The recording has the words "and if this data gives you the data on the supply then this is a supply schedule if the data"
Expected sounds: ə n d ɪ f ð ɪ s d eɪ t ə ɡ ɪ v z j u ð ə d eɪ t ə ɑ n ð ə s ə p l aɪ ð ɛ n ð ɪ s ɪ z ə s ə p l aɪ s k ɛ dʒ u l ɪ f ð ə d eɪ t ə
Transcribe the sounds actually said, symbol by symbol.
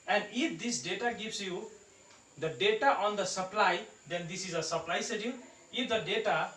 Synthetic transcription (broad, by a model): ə n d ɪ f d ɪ s d eɪ t ə ɡ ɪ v s j u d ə d eɪ t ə ɑ n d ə s ə p l aɪ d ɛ n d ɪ s ɪ z ə s ə p l aɪ s ɛ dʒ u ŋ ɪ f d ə d eɪ t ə